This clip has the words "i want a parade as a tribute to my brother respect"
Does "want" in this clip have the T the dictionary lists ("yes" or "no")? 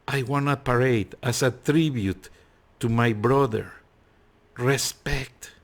no